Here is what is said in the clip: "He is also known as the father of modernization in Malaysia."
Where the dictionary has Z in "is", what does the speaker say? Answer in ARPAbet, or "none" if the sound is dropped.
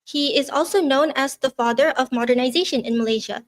Z